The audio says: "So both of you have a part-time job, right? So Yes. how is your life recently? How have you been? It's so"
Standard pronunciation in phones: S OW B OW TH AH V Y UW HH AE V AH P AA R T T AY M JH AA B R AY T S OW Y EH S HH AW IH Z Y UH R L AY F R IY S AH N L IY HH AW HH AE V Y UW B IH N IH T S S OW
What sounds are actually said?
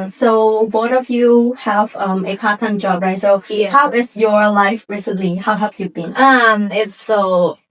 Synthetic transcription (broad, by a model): S OW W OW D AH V Y UW HH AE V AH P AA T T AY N JH AA B R AY T S OW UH HH AW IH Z Y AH R L AY F R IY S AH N L IY HH AW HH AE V Y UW B IH N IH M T S OW